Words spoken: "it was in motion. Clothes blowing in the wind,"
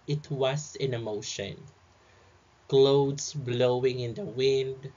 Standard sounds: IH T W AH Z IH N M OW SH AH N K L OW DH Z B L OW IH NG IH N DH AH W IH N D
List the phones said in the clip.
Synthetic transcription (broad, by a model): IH T W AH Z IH N M OW SH AH N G L OW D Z B L OW IH NG IH N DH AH W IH N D